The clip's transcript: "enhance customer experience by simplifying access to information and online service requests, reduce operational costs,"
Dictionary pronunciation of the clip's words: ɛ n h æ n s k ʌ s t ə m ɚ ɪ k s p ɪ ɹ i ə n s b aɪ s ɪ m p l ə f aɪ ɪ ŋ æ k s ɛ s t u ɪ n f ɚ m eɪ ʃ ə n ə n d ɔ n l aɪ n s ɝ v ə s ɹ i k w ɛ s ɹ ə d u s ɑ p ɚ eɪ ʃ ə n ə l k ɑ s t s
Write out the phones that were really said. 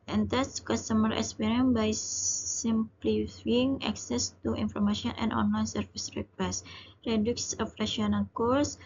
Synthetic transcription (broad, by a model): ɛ n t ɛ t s k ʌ s t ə m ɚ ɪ k s p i ɹ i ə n b aɪ s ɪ m p l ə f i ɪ ŋ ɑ k s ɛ s t u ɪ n f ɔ m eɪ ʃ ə n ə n ɔ n l aɪ n s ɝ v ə s ɹ i k w ɛ s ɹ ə d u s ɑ f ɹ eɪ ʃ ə n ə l k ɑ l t s